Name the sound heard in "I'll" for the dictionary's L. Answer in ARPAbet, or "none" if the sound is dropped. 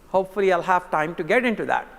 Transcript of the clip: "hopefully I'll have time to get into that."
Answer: L